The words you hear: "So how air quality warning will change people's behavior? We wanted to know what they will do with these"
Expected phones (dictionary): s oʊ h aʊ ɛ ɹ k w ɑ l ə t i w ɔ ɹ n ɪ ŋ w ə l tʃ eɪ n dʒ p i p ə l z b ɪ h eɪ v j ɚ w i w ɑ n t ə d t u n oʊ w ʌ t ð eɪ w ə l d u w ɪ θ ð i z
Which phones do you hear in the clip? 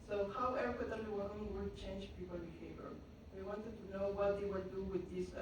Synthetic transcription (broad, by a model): s oʊ h aʊ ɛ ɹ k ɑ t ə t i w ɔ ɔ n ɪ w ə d tʃ eɪ n dʒ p i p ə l b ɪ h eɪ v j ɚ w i w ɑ n t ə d t u n oʊ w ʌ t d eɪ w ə d u w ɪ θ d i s